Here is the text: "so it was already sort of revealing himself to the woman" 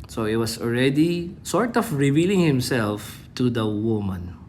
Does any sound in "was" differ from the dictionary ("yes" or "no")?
yes